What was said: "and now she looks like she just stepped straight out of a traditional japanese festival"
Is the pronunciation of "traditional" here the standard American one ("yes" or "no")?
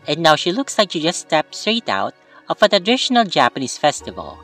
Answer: no